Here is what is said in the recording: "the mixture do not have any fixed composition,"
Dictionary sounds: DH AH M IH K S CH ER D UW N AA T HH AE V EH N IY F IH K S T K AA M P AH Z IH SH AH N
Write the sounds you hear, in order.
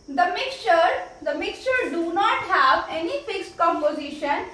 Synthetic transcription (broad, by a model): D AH M IH K S CH ER D UW N AA T HH AE V EH N IY F IH K S T K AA M P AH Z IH SH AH N